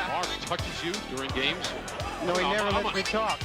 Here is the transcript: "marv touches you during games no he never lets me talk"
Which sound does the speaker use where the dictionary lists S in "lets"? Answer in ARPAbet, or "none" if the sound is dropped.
none